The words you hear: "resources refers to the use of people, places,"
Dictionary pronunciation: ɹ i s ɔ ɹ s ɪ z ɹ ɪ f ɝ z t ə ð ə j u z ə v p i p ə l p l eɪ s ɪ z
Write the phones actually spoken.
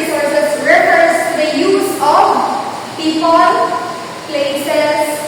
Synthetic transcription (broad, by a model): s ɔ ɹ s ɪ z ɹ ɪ p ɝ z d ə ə j u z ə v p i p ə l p l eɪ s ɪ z